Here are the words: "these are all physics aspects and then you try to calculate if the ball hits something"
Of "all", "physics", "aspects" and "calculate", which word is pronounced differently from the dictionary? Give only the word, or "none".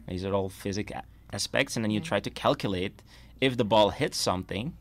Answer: physics